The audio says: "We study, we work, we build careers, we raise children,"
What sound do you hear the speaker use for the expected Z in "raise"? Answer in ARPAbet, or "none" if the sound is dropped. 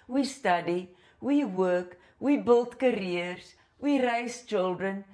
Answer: S